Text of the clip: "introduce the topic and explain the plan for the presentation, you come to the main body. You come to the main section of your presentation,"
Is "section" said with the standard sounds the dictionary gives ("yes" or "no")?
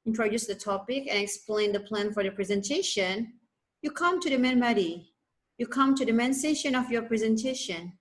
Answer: no